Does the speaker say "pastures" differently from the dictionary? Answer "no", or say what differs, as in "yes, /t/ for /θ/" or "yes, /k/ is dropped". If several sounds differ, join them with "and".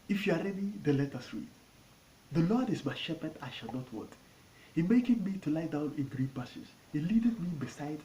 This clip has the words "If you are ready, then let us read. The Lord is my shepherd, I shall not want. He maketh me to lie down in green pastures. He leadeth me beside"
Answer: yes, /tʃ/ is dropped